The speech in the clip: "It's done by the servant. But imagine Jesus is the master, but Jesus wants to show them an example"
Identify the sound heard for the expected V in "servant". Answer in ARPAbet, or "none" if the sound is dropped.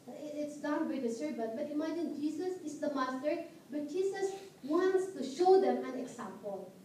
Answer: B